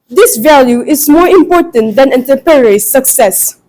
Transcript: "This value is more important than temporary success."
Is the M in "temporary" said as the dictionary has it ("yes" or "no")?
no